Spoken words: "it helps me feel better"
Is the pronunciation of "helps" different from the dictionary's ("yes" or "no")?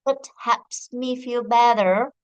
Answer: yes